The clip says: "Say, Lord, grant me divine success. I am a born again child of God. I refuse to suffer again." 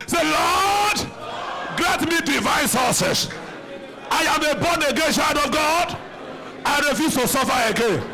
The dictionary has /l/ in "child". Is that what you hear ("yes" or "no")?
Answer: no